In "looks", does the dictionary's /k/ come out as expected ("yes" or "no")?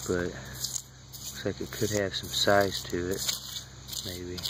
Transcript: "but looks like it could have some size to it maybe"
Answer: no